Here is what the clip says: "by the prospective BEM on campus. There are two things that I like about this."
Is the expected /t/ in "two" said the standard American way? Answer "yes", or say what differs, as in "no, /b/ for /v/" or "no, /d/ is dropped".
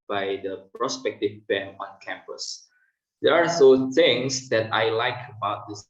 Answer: no, /s/ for /t/